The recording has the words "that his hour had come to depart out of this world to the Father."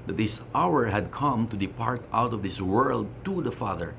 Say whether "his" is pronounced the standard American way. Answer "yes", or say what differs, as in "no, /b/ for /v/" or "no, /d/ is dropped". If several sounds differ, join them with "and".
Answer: no, /s/ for /z/